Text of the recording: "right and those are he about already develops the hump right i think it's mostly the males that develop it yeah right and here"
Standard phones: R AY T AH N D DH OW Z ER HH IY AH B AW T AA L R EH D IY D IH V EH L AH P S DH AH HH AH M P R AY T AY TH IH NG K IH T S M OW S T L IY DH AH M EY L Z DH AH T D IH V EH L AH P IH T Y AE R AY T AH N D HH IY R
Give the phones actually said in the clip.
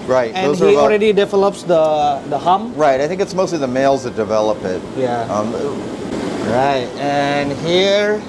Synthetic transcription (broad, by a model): R AY T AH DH OW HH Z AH IY AA L R EH D IY D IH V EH L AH P S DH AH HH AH M R AY T AY TH IH NG K IH T S M OW S T L IY DH AH M EY L Z DH AH T D IH V EH L AH P IH T Y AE R AY T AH N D HH IY R